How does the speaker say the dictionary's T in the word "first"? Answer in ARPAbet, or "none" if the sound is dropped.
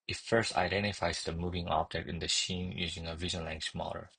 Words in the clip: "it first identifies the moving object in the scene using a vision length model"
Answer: T